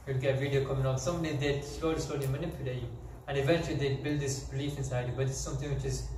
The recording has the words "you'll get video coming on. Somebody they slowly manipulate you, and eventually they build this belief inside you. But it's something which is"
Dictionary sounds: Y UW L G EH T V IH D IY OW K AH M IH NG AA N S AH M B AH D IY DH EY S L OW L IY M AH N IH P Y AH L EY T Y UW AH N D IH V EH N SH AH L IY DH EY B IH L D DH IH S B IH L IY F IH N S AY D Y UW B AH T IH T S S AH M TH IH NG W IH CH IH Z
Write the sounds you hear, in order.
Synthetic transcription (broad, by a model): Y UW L G EH T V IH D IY OW K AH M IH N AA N S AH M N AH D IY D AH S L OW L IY M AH N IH P Y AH L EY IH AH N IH V EH N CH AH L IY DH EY B IH L D DH IH S B IH L IY F IH N S AY D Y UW B AH T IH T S S AH M TH IH NG W IH CH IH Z